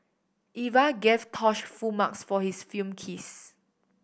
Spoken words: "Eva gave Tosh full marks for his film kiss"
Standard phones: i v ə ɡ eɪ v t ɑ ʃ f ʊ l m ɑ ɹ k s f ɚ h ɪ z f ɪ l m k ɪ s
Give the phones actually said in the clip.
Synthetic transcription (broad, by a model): i v ə ɡ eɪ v t ɑ ʃ f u m ɑ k s f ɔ h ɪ s f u m k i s